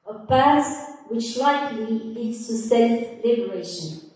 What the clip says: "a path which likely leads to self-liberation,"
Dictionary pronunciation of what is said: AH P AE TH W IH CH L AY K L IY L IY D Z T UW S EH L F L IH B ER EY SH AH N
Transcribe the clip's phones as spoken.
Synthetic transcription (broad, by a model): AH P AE S W IH CH L AY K L IY L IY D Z T UW S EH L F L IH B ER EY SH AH N